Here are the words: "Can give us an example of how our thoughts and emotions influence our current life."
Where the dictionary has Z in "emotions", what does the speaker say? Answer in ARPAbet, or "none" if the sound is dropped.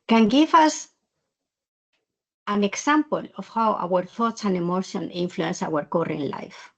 none